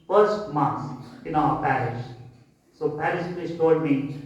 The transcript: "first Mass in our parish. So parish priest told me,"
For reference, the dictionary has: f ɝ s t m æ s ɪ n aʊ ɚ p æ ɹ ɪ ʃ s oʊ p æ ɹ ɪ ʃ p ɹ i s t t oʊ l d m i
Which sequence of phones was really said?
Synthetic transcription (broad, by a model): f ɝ s t m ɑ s ɪ n aʊ ɚ p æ ɹ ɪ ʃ s oʊ p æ ɹ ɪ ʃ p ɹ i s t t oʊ d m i